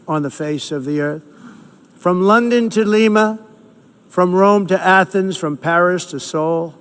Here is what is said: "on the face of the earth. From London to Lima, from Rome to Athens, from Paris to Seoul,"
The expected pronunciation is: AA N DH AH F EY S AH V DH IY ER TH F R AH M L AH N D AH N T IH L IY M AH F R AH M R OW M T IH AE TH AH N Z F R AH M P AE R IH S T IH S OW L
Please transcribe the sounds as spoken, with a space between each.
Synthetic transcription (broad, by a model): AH N DH AH F EY S AH V DH IY ER TH F R AH M L AH N D AH N T IH L IY M AH F R AH M R OW M T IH AE TH AH N Z F R AH M P AE R IH S T IH S OW L